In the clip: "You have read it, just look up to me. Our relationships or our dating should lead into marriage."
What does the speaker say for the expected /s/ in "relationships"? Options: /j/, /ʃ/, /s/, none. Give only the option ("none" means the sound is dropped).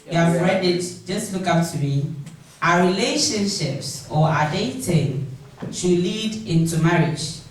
/s/